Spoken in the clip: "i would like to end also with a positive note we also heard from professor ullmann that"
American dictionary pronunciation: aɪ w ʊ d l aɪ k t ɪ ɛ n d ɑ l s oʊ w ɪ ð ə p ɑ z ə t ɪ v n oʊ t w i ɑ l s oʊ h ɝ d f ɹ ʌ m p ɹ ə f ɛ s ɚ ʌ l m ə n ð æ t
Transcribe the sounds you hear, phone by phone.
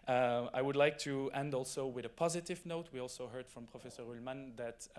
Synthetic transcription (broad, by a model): aɪ w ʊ d l aɪ k t ɪ ɛ n d ɑ l s oʊ w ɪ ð ə p ɑ z ə t ɪ v n oʊ t w i ɑ l s oʊ h ɝ d f ɹ ʌ m p ɹ ə f ɛ s ɚ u l m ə n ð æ t